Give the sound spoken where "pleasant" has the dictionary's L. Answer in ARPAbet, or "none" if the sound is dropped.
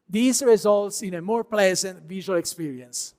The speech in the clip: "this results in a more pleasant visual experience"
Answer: L